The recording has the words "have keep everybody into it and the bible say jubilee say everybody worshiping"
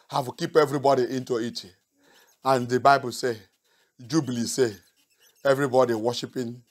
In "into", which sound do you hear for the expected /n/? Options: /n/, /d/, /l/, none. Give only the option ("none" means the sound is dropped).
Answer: /n/